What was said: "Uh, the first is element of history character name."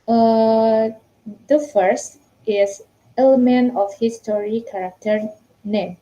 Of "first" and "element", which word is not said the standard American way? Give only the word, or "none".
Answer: none